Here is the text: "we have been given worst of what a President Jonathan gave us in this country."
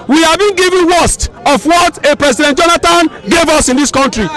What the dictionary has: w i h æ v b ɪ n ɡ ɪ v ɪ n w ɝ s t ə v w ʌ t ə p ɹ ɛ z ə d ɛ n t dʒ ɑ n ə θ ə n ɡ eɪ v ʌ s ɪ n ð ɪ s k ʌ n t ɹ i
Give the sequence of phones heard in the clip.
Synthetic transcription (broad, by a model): w i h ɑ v b ɪ n ɡ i v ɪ n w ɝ s t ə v w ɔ t ə p ɹ ɛ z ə d ɛ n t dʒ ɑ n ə t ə n ɡ eɪ v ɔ s ɪ n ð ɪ s k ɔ n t ɹ i